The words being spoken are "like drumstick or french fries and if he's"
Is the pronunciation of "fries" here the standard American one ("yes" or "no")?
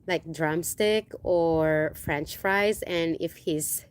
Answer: yes